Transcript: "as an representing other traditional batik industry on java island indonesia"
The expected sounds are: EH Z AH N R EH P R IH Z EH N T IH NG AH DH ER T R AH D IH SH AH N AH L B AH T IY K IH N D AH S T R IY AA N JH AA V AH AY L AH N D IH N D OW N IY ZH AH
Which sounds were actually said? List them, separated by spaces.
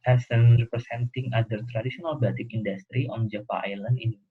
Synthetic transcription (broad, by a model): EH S AH N R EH P R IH S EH N T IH NG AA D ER T R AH D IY S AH N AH L B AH T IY K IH N D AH S T R IY AA N JH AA F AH AY L AH N D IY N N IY